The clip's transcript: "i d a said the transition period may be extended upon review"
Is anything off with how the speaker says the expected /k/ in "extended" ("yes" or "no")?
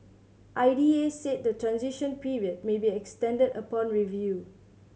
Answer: no